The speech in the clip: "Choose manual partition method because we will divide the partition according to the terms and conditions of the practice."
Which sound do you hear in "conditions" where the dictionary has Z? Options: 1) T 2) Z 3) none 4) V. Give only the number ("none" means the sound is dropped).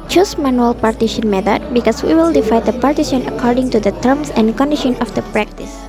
3